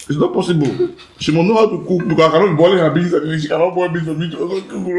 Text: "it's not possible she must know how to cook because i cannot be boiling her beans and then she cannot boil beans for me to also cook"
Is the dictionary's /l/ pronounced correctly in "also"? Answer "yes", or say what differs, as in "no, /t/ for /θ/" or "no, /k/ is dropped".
no, /l/ is dropped